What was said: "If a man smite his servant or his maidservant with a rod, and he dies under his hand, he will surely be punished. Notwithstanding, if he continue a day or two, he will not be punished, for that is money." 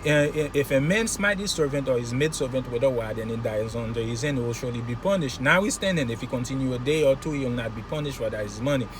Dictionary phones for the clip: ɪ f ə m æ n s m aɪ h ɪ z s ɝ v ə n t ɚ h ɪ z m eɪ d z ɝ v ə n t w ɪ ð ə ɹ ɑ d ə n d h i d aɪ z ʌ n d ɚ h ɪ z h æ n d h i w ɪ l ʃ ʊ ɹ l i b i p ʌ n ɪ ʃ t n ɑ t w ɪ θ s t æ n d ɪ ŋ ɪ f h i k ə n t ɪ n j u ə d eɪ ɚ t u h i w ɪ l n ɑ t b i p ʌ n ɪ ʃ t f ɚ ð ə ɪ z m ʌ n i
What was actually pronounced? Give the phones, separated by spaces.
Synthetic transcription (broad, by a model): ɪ f ə m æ n s m aɪ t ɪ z s ɝ v ə n t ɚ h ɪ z m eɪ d s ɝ v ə n t w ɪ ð ə w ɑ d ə n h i d aɪ z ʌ n d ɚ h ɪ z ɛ n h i w ɪ l ʃ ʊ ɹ l i b i p ʌ n ɪ ʃ t n ɑ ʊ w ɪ s t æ n d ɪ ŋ ɪ f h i k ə n t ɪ n j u ə d eɪ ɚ t u h i w ɪ l n ɑ t b i p ʌ n ɪ ʃ t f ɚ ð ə ɪ z m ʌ n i